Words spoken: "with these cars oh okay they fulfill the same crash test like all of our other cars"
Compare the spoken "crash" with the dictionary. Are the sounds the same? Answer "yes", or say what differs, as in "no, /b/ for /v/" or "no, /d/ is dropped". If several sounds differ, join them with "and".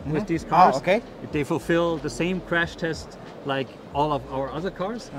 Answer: yes